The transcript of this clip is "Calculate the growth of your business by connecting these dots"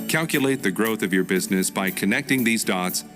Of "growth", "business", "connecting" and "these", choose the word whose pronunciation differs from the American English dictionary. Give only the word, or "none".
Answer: none